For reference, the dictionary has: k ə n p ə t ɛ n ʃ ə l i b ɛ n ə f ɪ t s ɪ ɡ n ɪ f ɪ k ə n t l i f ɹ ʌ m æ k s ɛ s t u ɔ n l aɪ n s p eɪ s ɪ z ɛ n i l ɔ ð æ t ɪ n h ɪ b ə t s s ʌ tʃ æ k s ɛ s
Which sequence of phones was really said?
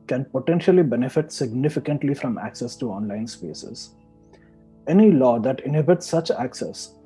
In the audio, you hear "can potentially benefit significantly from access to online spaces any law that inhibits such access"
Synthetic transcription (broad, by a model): k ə n p ə t ɛ n ʃ ə l i b ɛ n ə f ɪ t s ɪ ɡ n ɪ f ɪ k ə n t l i f ɹ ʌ m æ k s ɛ s t u ɔ n l aɪ n s p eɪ s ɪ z ɛ n i l ɔ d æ t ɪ n h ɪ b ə t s s ʌ tʃ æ k s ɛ s